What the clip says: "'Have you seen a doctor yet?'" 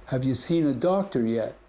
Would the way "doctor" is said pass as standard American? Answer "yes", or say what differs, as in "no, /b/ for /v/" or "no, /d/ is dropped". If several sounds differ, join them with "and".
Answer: yes